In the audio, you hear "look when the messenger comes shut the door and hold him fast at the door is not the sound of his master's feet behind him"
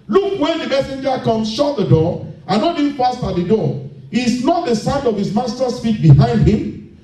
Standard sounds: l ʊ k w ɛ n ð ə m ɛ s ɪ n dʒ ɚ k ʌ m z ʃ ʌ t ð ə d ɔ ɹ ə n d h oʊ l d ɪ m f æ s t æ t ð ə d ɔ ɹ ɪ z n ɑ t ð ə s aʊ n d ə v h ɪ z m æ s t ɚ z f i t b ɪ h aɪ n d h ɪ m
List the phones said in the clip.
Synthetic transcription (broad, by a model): l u k w ɛ n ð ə m ɛ s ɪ n dʒ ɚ k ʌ m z ʃ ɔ t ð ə d ɔ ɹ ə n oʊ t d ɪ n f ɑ s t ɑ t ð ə d ɔ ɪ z n ɑ t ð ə s aʊ n d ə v h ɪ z m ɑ s t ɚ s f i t b ɪ h aɪ n d h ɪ m